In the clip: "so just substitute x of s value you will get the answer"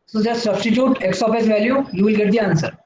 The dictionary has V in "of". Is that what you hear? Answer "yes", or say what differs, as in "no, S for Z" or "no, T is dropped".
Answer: no, P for V